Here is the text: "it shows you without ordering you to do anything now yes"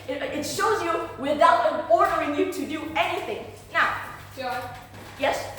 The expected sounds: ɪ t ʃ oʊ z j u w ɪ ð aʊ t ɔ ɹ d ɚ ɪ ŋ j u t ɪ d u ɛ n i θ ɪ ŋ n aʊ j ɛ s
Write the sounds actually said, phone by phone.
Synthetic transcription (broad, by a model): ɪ t ʃ oʊ z j u w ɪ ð aʊ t ɔ ɹ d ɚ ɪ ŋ j u t ɪ d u ɛ n i θ ɪ ŋ n aʊ j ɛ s